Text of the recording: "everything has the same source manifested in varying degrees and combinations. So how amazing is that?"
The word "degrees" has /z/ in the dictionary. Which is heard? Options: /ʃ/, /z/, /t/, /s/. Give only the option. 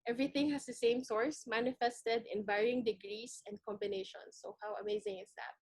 /s/